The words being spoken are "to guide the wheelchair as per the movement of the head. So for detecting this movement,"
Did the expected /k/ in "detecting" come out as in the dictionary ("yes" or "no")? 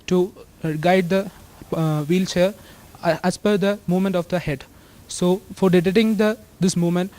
no